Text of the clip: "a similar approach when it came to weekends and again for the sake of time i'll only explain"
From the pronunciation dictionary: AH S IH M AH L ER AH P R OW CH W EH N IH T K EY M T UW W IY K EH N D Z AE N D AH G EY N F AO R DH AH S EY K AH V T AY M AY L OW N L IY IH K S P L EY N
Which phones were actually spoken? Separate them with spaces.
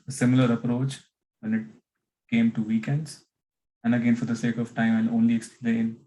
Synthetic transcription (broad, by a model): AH S IH M AH L ER AH P R OW CH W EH N IH T K EY M T UW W IY K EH N D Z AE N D AH G EY N F AO R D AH S EY K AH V T AY M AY N OW N L IY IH K S P L EY N